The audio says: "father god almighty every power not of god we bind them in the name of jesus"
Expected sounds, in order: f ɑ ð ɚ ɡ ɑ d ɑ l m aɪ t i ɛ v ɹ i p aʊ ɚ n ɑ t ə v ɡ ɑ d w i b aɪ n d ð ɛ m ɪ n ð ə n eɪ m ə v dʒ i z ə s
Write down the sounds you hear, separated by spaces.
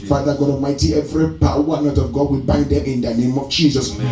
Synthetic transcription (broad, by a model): f ɑ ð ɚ ɡ ɑ d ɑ m aɪ t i ɛ v ɹ i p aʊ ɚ n ɑ t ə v ɡ ɑ d w i b aɪ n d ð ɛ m ɪ n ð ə n eɪ m ə v dʒ i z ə s